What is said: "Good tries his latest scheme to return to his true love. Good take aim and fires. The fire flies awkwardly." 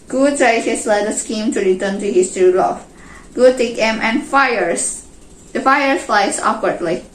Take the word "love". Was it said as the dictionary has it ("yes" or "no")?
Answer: no